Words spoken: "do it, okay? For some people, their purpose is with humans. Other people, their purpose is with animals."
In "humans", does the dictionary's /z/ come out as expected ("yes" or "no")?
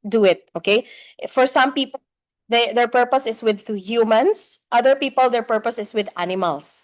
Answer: no